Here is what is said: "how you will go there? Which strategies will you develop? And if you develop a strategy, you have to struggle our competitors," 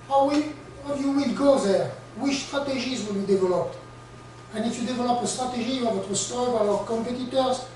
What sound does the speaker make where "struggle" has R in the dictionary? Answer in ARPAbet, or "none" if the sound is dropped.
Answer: none